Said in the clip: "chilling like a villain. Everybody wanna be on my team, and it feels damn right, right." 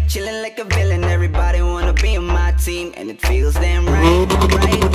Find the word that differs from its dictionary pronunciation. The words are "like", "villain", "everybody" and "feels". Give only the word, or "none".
none